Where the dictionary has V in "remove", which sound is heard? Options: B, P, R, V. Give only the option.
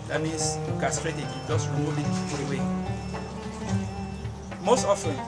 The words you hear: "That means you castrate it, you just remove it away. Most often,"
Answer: P